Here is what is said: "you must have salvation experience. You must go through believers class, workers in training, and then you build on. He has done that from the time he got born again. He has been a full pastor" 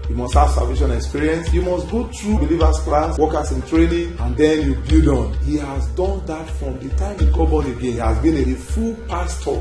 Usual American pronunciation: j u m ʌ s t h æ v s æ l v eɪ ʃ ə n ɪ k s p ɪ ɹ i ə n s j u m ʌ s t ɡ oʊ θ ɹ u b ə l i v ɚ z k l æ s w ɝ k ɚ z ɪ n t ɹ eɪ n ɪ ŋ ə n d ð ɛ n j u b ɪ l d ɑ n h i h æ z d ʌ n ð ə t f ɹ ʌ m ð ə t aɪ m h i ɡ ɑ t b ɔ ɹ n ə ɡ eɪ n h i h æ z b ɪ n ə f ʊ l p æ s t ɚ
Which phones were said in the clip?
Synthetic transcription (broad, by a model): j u m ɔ s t h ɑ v s æ l v eɪ ʃ ə n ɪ k s p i ɹ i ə n s j u m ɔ s t ɡ oʊ t ɹ u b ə l i v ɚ s k l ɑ s w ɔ k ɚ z ɪ n t ɹ eɪ n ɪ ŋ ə n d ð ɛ n j u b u d ɑ n h i h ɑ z d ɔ n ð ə t f ɹ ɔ m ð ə t aɪ m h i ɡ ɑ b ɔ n ə ɡ eɪ n h i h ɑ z b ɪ n ə f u l p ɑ s t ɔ